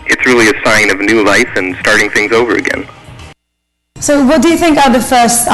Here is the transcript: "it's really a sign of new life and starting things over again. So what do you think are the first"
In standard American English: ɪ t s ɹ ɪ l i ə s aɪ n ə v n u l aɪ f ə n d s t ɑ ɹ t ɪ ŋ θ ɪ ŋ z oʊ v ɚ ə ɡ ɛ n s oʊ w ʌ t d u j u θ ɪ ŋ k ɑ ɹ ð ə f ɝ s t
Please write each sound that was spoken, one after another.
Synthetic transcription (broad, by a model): ɪ t s ɹ ɪ l i ə s aɪ n ə v n u l aɪ f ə n s t ɑ ɹ t ɪ ŋ θ ɪ ŋ z oʊ v ɚ ə ɡ ɛ n s oʊ w ʌ t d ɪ j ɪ θ ɪ ŋ k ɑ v ð ə f ɝ s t